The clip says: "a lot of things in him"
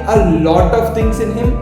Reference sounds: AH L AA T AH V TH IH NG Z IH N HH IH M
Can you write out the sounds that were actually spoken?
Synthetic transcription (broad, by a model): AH L AA T AH V T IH NG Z IH N HH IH M